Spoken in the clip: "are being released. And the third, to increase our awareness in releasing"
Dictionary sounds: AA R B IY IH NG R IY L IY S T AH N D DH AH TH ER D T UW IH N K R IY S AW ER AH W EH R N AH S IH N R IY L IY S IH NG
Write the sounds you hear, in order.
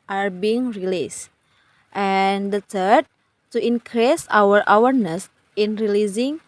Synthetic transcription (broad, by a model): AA R B IY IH NG R IY L IY S T AH N D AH T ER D T UW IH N K R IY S AW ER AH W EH R N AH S IH N R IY L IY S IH NG